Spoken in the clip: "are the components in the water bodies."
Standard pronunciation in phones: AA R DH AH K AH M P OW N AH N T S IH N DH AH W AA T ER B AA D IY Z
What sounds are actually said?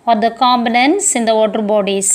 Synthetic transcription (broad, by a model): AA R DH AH K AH M B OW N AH N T S IH N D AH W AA T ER B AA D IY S